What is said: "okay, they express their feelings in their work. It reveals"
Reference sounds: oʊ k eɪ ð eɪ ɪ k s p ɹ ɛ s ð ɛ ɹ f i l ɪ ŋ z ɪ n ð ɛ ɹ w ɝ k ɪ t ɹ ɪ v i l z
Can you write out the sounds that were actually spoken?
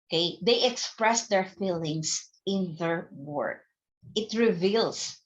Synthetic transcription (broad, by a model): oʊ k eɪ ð eɪ ɪ k s p ɹ ɛ s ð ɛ ɹ f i l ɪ ŋ s ɪ n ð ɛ ɹ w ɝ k ɪ t ɹ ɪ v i l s